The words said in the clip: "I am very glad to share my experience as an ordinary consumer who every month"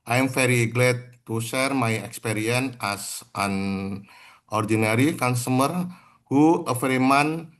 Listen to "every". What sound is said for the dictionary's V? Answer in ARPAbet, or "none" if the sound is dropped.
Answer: F